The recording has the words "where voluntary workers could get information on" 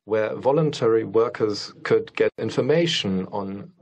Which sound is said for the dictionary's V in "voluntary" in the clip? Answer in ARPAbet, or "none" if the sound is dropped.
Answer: V